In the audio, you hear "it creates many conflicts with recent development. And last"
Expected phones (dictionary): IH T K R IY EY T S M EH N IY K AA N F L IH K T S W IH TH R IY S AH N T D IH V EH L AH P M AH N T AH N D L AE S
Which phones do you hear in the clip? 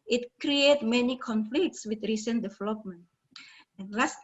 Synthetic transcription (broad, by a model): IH T K R IY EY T M EH N IY K AA N F L IH K T S W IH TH R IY S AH N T D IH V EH L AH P M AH N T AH N L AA S